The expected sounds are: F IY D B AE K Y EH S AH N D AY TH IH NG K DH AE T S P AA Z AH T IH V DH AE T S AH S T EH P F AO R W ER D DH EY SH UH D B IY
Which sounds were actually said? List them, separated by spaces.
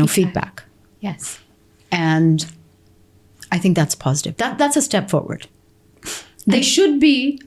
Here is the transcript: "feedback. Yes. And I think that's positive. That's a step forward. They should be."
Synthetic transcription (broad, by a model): F IY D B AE K Y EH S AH N AY TH IH NG K DH AE T S P AA Z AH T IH V DH AE T S AH S T EH P F AO R W ER D DH EY SH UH D B IY